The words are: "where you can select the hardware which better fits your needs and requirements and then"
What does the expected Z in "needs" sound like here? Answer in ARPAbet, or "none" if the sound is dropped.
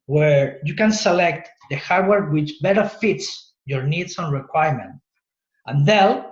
S